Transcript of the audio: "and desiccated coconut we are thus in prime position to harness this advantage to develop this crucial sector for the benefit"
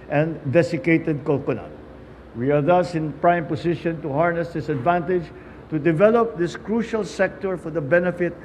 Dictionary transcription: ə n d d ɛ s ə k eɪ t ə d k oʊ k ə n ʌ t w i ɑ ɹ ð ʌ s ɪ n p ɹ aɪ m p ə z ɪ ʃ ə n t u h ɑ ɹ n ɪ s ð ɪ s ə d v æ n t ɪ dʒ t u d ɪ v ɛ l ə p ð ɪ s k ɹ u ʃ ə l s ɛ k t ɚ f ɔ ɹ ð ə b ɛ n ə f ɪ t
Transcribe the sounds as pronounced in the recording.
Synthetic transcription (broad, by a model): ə n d d ɛ s ə k eɪ t ə d k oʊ k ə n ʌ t w i ɑ ɹ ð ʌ s ɪ n p ɹ aɪ m p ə s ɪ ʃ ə n t u h ɑ ɹ n ɪ s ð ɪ s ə d v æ n t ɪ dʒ t u d ɪ v ɛ l ə p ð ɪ s k ɹ u ʃ ə l s ɛ k t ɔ f ɔ ɹ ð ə b ɛ n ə f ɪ t